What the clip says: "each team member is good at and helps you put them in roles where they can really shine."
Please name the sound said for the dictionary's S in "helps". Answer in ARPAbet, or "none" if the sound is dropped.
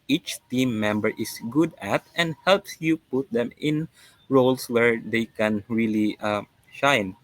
S